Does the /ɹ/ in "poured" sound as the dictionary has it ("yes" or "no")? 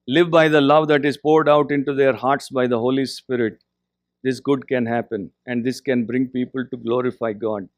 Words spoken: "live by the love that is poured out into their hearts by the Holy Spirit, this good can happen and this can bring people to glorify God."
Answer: yes